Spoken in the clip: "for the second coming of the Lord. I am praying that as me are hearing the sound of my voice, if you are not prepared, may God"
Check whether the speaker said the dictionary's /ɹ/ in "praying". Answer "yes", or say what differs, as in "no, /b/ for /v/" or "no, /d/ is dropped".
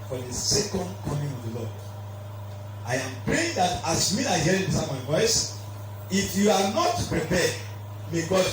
yes